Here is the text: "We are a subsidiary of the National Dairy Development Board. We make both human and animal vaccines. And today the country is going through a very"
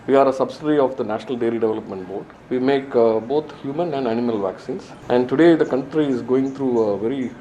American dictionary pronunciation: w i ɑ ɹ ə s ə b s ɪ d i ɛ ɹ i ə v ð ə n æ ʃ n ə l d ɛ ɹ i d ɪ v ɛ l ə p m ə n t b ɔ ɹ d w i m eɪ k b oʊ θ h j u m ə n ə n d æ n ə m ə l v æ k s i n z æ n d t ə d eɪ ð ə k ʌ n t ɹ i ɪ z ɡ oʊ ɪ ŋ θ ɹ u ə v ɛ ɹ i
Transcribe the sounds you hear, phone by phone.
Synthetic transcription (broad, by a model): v i ɑ ɹ ə s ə b s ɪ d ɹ i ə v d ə n æ ʃ n ə l d ɛ l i d ɪ v ɛ l ə p m ə n t b ɔ ɹ d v i m eɪ k b oʊ t h j u m ə n ə n d æ n ə m ə l v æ k s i n s æ n d t ə d eɪ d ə k ʌ n t ɹ i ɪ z ɡ oʊ ɪ ŋ t ɹ u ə v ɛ ɹ i